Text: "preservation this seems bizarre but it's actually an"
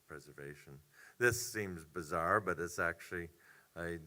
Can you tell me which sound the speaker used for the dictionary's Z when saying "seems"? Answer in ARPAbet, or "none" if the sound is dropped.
Z